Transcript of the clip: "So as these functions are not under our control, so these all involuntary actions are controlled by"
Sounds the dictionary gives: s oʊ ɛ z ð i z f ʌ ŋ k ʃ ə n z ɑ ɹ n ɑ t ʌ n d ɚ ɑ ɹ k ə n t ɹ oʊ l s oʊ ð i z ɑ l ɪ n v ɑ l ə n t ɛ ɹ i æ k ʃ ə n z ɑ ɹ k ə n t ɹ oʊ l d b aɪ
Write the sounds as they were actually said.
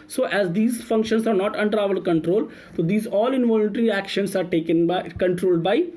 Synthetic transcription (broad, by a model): s oʊ ɛ z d i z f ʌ ŋ k ʃ ə n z ɑ ɹ n ɑ t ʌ n d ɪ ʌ l k ə n t ɹ oʊ l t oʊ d i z ɑ l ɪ n v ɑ l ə n t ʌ ɹ i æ k ʃ ə n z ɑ ɹ k ə n t ɹ oʊ l d b aɪ